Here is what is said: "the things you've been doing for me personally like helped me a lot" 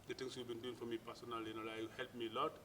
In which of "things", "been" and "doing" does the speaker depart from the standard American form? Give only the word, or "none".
things